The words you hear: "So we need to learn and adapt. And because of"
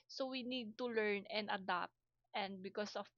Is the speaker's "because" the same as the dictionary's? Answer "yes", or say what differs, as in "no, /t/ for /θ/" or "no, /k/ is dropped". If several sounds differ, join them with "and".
no, /s/ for /z/